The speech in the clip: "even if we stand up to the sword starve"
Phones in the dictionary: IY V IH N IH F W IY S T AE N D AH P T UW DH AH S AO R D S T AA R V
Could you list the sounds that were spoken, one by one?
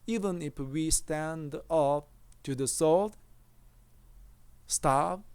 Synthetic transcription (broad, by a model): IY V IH N IH F W IY S T AE N D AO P T UW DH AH S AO L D S T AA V